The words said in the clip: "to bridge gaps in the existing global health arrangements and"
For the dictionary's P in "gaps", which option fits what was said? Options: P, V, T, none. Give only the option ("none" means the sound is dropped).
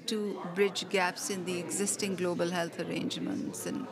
P